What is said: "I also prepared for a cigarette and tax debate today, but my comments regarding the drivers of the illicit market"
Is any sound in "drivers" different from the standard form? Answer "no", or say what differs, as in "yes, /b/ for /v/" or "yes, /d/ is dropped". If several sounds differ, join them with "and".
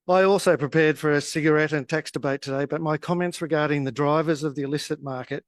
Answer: no